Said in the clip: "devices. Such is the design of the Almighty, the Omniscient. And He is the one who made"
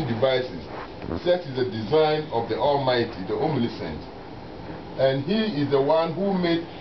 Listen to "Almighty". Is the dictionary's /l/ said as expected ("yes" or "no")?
yes